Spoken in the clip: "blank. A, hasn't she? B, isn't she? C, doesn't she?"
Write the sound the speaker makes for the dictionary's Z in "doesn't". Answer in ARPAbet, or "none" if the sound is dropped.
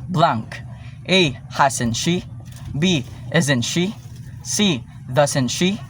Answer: S